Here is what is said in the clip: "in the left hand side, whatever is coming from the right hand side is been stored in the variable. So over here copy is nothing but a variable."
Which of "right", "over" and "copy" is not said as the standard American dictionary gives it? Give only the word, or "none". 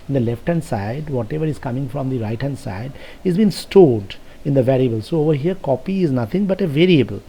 none